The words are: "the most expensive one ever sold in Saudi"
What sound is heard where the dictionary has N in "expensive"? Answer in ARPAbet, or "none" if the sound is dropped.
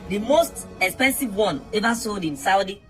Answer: N